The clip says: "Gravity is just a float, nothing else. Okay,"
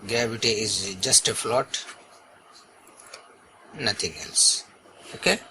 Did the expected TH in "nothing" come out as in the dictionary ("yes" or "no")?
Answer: no